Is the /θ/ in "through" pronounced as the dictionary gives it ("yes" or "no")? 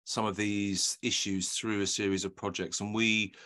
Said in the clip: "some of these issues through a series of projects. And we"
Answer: yes